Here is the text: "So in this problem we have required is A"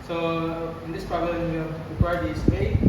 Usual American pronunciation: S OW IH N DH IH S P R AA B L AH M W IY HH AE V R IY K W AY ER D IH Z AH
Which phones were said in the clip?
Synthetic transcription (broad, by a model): S OW IH N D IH S P R AA B L AH M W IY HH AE P R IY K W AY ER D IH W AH